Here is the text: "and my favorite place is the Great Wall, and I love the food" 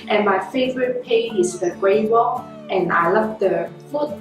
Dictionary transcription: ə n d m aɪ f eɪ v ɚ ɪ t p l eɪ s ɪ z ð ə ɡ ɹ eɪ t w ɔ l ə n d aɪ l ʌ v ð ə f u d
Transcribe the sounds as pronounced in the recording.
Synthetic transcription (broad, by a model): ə n m aɪ f eɪ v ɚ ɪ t p eɪ ɪ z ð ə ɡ ɹ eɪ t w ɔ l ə n aɪ l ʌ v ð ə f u